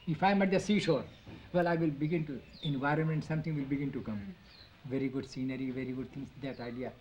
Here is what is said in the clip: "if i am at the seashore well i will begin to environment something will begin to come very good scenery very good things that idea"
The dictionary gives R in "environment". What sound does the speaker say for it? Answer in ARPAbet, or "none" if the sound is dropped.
R